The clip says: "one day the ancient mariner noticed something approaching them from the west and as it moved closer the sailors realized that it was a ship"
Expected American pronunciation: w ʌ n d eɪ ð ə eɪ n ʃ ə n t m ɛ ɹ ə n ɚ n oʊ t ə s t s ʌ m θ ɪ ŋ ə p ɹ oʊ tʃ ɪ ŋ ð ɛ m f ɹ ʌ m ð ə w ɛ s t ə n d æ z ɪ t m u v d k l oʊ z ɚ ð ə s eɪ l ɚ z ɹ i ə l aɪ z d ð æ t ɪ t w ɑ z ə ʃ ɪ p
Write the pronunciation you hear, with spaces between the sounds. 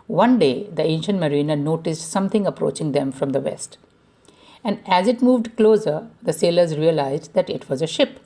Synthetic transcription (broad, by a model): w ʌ n d eɪ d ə eɪ n ʃ ə n t m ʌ ɹ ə n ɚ n oʊ t ə s t s ʌ m t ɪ ŋ ə p ɹ oʊ tʃ ɪ ŋ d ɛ m f ɹ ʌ m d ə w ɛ s t ə n d æ z ɪ t m u v d k l oʊ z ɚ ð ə s eɪ l ɚ z ɹ i ə l aɪ z d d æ t ɪ t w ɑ z ə ʃ ɪ p